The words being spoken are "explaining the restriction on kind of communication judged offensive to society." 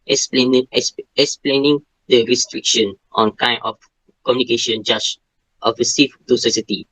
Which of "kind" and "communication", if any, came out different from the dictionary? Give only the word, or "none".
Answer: kind